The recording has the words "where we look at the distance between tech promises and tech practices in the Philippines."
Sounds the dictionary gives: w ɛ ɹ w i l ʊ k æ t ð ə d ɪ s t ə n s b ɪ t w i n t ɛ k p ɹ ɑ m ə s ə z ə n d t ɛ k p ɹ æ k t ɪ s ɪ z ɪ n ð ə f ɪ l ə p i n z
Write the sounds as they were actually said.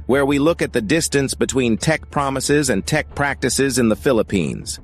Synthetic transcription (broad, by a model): w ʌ ɹ w i l ʊ k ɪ t ð ə d ɪ s t ə n s b ɪ t w i n t ɛ k p ɹ ɑ m ə s ə z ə n t ɛ k p ɹ æ k t ɪ s ɪ z ɪ n ð ə f ɪ l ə p i n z